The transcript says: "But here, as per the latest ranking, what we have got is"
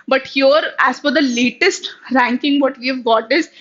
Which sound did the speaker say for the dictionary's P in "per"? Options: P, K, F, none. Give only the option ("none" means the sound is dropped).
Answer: F